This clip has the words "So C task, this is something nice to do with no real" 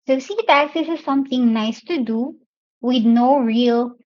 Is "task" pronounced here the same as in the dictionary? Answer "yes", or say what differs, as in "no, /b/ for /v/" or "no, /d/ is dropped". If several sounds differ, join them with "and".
no, /s/ is dropped